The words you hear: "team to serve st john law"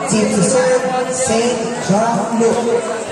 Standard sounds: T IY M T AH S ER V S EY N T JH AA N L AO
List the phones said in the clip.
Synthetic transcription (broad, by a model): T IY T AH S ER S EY T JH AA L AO